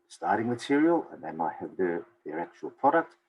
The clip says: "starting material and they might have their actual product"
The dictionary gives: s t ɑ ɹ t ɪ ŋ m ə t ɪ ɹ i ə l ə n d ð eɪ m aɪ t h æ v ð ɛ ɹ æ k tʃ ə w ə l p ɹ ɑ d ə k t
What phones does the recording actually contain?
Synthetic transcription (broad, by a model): s t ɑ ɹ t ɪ ŋ m ə t ɪ ɹ i ə l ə n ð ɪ m aɪ t h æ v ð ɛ ɹ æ k tʃ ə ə l p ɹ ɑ d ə k t